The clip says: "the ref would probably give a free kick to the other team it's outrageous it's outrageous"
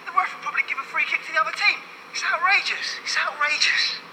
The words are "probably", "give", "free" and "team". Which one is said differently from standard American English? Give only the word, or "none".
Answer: none